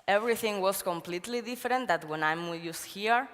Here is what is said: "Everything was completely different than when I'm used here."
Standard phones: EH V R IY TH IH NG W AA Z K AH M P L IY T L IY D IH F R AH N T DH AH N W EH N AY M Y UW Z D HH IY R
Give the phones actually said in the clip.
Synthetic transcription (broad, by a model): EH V R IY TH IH NG W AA S K AH M P L IY T L IY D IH F R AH N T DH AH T W EH N AY M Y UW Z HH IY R